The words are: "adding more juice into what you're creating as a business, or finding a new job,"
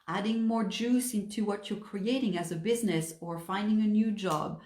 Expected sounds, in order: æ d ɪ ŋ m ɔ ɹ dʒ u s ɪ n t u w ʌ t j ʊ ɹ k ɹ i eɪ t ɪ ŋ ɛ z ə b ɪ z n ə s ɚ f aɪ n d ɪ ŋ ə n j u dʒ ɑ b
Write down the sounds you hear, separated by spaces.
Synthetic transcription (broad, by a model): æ d ɪ ŋ m ɔ ɹ dʒ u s ɪ n t u w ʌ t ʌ ɹ k ɹ i eɪ t ɪ ŋ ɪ z ə b ɪ z n ə s ɚ f aɪ n d ɪ ŋ ə n j u dʒ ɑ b